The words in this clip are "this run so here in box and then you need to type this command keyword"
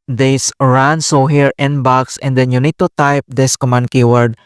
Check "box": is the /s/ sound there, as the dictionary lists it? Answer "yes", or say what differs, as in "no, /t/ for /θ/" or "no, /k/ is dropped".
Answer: yes